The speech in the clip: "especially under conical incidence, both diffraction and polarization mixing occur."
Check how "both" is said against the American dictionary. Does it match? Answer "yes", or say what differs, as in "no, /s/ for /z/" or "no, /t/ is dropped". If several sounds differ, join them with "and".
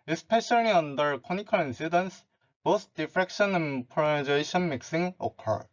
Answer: no, /s/ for /θ/